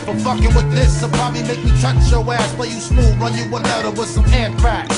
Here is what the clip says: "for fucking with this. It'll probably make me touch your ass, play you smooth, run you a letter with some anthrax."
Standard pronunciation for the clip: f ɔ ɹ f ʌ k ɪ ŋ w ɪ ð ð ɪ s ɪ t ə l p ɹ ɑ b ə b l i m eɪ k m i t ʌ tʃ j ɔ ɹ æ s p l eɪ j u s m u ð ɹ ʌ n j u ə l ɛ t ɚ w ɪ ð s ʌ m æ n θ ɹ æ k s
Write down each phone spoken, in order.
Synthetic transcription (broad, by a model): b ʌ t f ʌ k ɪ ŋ w ɪ ð ð ɪ s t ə p ɹ ɑ b ə b l i m eɪ k m i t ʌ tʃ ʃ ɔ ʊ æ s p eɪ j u s m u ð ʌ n j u ə n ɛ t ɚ w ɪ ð s ʌ m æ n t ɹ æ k